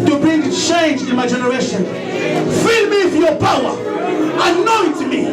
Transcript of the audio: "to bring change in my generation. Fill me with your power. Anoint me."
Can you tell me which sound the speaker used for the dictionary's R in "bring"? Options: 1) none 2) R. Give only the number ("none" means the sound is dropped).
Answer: 1